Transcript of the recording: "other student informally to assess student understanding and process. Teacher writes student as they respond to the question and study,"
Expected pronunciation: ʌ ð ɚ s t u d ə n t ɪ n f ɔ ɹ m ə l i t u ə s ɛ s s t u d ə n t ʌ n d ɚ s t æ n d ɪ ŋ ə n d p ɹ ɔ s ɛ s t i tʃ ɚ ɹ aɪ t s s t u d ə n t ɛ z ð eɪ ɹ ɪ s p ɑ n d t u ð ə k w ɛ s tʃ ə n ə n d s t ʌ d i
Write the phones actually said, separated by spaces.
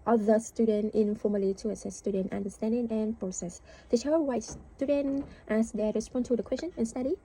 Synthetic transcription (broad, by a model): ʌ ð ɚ s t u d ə n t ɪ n f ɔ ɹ m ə l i t u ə s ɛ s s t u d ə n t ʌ n d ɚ s t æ n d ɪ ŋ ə n p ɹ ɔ s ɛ s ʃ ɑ ɚ w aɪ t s s t u d ə n t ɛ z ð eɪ ɹ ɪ s p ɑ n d t u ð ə k w ɛ s tʃ ə n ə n s t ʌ d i